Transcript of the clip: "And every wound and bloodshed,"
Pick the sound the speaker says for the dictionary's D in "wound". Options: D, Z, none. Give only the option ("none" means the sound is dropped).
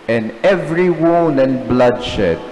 none